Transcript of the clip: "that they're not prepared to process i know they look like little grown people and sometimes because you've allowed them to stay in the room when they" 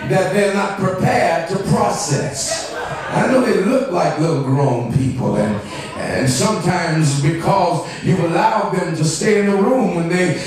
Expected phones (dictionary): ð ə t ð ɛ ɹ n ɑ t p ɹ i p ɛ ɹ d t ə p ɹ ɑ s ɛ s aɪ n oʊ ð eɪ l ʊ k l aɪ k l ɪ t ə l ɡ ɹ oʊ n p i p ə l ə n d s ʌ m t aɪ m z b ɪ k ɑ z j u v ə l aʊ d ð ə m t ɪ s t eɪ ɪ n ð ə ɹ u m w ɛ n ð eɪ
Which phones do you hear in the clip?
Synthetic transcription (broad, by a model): ð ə t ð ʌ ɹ n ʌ t p ɹ i p ɛ ɹ d t ə p ɹ ɑ s ɛ s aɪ n oʊ ð eɪ l ʊ k l aɪ k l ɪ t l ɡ ɹ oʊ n p i p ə l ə n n s ʌ m t aɪ m z b ɪ k ɑ z j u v ə l aʊ d ð ə m t ɪ s t eɪ ɪ n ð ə ɹ u m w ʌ n ð eɪ